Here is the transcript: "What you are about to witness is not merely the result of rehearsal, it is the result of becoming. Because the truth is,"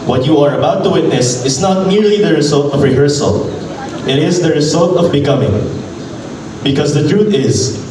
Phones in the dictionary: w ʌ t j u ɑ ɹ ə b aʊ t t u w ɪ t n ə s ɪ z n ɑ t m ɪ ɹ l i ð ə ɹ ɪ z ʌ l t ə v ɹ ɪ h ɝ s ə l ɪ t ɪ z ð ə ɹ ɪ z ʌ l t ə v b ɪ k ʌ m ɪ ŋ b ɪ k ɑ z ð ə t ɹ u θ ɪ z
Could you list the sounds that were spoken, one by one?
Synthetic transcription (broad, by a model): w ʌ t j u ɑ ɹ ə b aʊ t t u w ɪ t n ə s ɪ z n ɑ t m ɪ ɹ l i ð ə ɹ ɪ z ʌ l t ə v ɹ ɪ h ɝ s ə l ɪ t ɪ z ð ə ɹ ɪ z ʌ l t ə v b ɪ k ʌ m ɪ ŋ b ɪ k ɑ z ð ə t ɹ u t ɪ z